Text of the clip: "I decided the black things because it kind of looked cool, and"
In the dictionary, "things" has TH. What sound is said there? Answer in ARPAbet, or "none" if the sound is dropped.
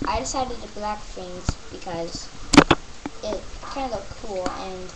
F